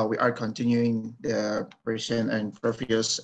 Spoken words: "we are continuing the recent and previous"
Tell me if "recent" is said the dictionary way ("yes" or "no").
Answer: no